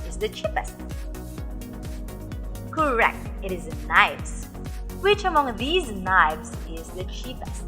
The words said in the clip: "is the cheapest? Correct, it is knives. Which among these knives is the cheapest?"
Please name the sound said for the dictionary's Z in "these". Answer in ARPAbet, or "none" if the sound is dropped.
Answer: Z